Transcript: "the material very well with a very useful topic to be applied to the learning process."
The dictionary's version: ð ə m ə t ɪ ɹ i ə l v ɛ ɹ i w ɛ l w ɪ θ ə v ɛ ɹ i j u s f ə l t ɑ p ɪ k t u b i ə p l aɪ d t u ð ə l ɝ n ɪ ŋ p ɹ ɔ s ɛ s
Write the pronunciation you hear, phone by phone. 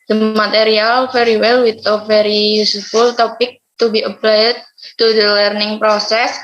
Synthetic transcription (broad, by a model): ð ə m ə t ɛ ɹ i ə l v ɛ ɹ i w ɛ l w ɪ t ə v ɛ ɹ i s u f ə l t ɑ p ɪ k t u b i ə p l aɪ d t u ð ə l ɝ n ɪ ŋ p ɹ ɔ s ɛ s